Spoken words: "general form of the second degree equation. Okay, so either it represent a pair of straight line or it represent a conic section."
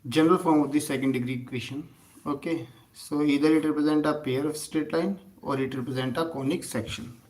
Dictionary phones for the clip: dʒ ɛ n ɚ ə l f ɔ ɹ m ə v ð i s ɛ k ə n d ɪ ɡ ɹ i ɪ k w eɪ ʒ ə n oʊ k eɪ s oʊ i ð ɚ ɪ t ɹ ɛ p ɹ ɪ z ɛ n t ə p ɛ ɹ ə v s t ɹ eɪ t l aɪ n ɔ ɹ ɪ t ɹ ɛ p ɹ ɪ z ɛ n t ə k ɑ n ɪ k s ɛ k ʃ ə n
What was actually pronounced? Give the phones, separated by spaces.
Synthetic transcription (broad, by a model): dʒ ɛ n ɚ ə l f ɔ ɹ m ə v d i s ɛ k ə n d ɪ ɡ ɹ i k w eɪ ʃ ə n oʊ k eɪ s oʊ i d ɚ ɪ t ɹ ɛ p ɹ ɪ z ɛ n t ə p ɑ ɹ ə f s t eɪ t l aɪ n ɔ ɹ ɪ t ɹ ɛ p ɹ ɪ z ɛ n t ə k ɑ n ɪ k s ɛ k ʃ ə n